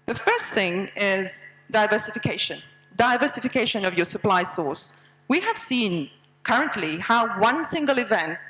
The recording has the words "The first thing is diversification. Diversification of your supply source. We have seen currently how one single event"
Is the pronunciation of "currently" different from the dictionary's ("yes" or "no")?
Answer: no